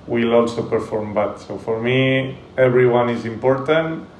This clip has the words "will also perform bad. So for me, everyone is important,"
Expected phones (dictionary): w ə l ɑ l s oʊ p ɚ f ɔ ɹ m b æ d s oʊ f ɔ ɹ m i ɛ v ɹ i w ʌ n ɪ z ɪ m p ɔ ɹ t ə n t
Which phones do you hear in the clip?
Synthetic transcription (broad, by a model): w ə l ɑ l s oʊ p ɚ f ɔ ɹ m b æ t s oʊ f ɔ ɹ m i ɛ b ɹ i w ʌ n ɪ z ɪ m p ɔ ɹ t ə n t